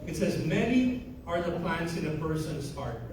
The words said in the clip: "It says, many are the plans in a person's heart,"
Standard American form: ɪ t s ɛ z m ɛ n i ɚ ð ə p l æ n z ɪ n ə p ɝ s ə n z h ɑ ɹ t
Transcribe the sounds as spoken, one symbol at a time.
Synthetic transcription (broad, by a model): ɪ t s ɛ z m ɛ n i ɚ ð ə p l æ n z ɪ n ə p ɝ s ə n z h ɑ ɹ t